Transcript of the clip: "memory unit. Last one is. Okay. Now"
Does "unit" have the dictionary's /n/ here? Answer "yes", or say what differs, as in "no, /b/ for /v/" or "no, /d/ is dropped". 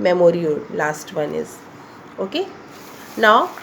no, /n/ is dropped